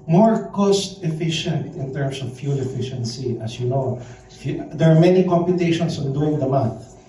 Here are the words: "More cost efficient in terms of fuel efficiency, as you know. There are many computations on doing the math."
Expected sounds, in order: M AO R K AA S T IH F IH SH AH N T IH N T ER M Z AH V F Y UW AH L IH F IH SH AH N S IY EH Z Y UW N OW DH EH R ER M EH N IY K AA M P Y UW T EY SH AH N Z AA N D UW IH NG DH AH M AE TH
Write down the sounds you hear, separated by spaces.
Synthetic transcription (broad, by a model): M AO R K AA S T IH F IH SH AH N T IH N T ER M S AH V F Y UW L IH F IH SH AH N S IY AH S Y UW N OW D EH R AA M EH N IY K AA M P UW T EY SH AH N S AA N D UW IH NG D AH M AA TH